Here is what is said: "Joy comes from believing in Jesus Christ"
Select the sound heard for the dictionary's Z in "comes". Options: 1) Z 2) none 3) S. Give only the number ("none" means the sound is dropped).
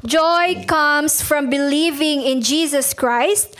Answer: 3